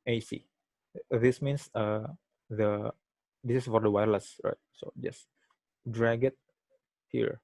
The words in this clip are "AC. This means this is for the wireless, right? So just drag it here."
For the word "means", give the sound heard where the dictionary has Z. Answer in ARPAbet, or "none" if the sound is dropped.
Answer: S